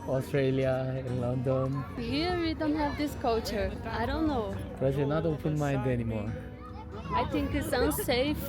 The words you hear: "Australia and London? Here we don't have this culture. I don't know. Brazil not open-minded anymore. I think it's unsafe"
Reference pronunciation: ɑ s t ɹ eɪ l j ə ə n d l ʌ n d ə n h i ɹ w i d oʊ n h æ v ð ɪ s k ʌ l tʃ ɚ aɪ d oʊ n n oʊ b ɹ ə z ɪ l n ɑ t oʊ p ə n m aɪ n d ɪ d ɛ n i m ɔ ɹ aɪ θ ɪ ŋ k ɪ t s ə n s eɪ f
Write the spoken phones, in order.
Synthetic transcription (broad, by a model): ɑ s t ɹ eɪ l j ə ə n l ʌ n d ə n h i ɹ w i d oʊ n h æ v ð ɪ s k ʌ l tʃ ɚ aɪ d oʊ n n oʊ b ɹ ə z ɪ n ɑ t oʊ p ə n m aɪ n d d ɛ n i m ɔ ɹ aɪ t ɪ ŋ k ɪ t s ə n s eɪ f